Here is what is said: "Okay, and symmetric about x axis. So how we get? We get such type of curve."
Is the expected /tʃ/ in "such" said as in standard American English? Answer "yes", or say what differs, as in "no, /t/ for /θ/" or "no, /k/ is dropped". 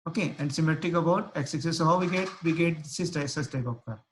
no, /s/ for /tʃ/